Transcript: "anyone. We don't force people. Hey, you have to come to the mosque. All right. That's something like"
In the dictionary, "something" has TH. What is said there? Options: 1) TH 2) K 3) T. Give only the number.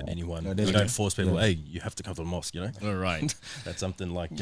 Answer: 1